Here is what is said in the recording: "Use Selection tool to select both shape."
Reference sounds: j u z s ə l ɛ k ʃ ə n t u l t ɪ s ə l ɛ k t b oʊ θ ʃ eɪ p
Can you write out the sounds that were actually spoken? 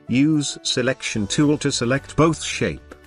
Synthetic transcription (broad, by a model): j u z s ə l ɛ k ʃ ə n t u l t ɪ s ə l ɛ k t b oʊ θ ʃ eɪ p